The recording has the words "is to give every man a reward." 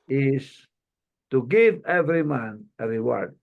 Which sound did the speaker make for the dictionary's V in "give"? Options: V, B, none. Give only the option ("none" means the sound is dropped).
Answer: V